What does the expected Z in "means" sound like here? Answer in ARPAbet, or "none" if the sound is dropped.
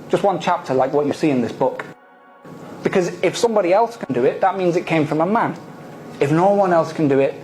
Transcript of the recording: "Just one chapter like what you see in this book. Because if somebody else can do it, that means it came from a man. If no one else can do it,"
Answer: Z